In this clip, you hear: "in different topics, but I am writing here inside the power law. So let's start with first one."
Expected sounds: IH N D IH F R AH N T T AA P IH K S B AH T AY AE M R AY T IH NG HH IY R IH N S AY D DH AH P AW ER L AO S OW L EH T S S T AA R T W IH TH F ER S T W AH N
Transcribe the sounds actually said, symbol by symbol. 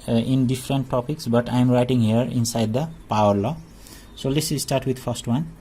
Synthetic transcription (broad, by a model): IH N D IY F R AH N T T AA P IH K S B AH T AY M R AY T IH NG HH IY R IH N S AY D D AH P AW ER L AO S OW L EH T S S T AA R T W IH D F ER S T W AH N